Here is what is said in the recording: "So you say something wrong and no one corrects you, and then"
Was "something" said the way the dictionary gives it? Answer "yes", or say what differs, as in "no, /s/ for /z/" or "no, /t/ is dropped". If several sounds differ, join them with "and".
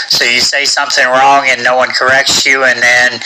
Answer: yes